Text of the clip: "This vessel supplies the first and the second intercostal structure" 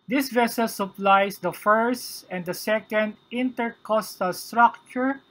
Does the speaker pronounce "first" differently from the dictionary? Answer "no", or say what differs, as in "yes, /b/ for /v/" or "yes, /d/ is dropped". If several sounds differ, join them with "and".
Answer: no